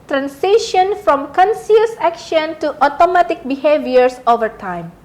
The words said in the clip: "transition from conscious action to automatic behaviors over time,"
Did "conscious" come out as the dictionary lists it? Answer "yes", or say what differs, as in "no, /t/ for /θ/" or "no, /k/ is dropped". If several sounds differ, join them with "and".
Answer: no, /s/ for /ʃ/